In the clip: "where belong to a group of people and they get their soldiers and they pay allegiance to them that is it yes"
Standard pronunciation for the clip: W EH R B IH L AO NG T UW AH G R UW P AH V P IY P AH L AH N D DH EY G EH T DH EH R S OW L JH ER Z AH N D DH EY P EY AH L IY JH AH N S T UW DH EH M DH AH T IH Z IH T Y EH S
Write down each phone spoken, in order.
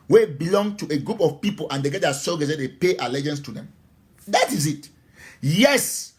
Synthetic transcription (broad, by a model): W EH B IH L AO NG T UW AH G R UW P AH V P IY P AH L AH N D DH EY G EH T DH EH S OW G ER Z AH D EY P EY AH L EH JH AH N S T UW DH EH M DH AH T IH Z IH T Y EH S